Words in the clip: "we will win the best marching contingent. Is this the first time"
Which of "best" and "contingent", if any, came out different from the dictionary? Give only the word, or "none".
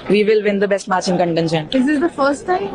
contingent